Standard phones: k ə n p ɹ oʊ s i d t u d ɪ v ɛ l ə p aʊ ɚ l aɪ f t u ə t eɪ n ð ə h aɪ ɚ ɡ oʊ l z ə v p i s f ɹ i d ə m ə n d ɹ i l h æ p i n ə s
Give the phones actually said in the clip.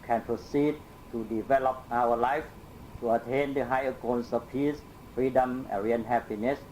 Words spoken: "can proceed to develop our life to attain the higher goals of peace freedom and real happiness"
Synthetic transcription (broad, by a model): k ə n p ɹ oʊ s i d t u d ɪ v ɛ l ə p aʊ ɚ l aɪ f t u ə t eɪ n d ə h aɪ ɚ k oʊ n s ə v p i s f ɹ i d ə m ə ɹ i n h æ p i n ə s